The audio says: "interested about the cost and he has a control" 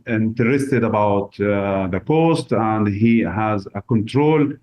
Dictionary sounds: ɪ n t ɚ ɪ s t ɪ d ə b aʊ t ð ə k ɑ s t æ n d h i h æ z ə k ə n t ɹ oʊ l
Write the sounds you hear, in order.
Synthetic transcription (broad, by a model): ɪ n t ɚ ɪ s t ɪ d ə b aʊ t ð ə k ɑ s t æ n d h i h æ z ə k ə n t ɹ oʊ l